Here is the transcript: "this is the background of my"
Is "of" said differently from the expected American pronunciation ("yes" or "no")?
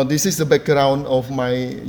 yes